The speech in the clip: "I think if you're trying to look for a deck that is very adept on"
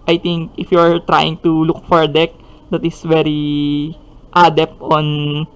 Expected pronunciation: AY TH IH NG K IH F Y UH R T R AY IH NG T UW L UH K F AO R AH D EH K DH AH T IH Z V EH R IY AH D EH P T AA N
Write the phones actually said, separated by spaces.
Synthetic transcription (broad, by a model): AY T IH NG K IH F Y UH R T R AY IH NG T UW L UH K F AO R D EH K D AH T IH S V EH R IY AH D EH P T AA N